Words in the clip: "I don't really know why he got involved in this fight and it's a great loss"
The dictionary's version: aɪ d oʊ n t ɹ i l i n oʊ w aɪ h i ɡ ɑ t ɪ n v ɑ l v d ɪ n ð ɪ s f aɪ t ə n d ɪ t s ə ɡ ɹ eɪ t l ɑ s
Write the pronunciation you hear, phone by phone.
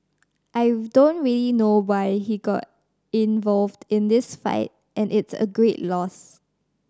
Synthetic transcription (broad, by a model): aɪ d oʊ n t ɹ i l i n oʊ w aɪ h i ɡ ɑ t ɪ n v ɑ l v d ɪ n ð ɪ s f aɪ t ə n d ɪ t s ə ɡ ɹ eɪ t l ɑ s